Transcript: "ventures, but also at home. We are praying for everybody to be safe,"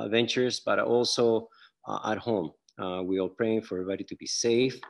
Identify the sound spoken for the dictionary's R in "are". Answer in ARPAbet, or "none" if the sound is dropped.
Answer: L